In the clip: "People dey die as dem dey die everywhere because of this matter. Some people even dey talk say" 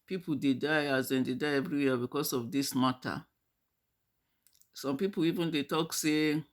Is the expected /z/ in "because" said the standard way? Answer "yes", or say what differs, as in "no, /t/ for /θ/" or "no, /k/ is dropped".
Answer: no, /s/ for /z/